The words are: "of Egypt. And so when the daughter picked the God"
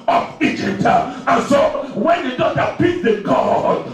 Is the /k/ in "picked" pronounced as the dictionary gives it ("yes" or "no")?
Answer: no